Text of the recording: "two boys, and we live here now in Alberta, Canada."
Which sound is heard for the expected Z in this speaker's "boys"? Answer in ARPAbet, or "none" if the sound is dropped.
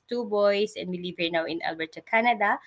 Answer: S